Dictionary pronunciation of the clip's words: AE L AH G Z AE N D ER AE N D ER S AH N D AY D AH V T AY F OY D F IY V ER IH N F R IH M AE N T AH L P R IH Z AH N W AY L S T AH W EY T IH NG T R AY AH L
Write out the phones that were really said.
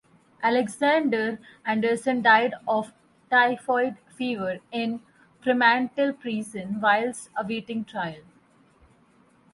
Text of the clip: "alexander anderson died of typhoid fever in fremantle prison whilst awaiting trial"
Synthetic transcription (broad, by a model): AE L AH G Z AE N D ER AE N D ER S AH N D AY D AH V T AY F OY D F IY V ER IH N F R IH M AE N T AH L P R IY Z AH N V AY L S AH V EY T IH NG T R AY AH L